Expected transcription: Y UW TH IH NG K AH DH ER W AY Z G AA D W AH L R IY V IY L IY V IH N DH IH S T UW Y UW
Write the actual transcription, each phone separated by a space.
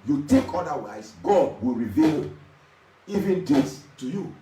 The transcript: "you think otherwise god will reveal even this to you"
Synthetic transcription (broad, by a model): Y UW T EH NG K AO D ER W AY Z G AA D W AH L R IY V IY L IY V IH N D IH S T UW Y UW